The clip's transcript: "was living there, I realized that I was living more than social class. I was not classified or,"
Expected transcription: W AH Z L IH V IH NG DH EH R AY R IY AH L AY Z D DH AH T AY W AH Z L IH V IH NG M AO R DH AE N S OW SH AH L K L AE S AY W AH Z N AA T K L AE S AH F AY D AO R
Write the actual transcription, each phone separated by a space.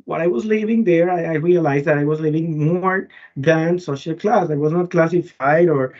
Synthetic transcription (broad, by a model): W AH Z L IH V IH NG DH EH R AY R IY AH L AY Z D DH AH T AY W AH Z L IH V IH NG M AO R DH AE N S OW SH AH L K L AE S AY W AH Z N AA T K L AE S AH F AY D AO R